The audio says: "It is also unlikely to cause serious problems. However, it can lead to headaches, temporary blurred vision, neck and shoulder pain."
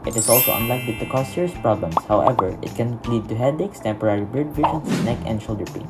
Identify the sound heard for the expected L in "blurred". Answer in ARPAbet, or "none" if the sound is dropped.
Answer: none